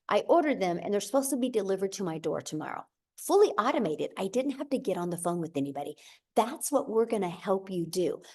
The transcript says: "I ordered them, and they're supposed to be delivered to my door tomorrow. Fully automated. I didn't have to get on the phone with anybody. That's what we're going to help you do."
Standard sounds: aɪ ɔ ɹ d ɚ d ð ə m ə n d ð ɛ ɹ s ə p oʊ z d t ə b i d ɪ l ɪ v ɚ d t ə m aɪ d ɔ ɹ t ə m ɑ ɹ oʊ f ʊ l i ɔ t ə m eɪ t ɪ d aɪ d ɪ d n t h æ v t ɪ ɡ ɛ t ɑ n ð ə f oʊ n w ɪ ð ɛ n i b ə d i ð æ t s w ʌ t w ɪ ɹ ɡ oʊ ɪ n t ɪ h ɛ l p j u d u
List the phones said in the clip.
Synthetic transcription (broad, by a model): aɪ ɔ ɹ d ɚ d ð ə m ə n ð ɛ ɹ s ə p oʊ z t ə b i d ɪ l ɪ v ɚ d t ə m aɪ d ɔ ɹ t ə m ɑ ɹ oʊ f ʊ l i ɔ t ə m eɪ t ɪ d aɪ d ɪ d n t h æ f t ɪ ɡ ɛ t n ð ə f oʊ n w ɪ ð ɛ n i b ə d i ð æ t s w ʌ t w ɪ ɹ ɡ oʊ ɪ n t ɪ h ɛ l p j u d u